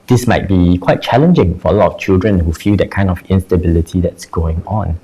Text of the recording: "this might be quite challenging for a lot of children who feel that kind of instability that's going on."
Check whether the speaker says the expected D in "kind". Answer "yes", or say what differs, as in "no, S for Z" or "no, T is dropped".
yes